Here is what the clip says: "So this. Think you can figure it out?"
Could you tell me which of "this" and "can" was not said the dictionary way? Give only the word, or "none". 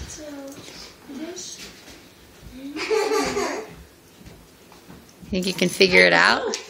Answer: this